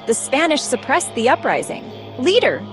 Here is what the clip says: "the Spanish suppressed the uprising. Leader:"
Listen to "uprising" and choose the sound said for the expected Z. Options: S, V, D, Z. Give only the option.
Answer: Z